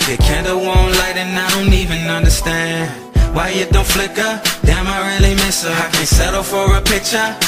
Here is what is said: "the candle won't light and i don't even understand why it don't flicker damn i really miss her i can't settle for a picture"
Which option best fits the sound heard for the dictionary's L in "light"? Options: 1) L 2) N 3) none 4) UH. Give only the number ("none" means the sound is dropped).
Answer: 1